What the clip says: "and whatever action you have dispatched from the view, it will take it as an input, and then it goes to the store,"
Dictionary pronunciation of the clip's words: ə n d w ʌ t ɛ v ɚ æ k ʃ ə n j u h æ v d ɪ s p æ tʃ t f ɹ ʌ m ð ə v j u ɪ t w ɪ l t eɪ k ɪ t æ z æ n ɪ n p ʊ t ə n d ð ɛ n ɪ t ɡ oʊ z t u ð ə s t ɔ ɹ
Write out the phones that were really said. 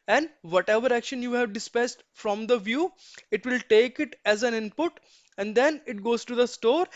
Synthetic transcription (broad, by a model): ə n d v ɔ t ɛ v ɚ æ k ʃ ə n j u h æ v d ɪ s p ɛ s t f ɹ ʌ m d ə v j u ɪ t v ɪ l t eɪ k ɪ t æ z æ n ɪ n p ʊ t ə n d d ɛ n ɪ t ɡ oʊ z t u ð ə s t ɔ ɹ